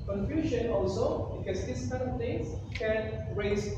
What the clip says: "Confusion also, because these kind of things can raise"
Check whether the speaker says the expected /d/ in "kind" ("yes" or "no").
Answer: no